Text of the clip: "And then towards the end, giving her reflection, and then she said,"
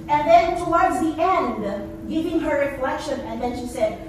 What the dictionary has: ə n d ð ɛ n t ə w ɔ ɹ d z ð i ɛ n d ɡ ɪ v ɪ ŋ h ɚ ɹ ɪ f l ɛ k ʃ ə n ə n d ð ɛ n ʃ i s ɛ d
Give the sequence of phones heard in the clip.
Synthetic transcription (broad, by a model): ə n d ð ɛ n t ə w ɔ ɹ d z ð i ɛ n d ɡ ɪ v ɪ ŋ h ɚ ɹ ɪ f l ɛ k ʃ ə n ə n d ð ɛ n ʃ i s ɛ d